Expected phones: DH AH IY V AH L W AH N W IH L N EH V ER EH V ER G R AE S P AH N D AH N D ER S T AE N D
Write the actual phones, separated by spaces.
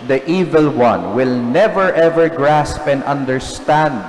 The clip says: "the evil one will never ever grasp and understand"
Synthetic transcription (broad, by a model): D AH IY V AH L W AH N W IH L N EH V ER EH V ER G R AE S P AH N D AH N D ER S T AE N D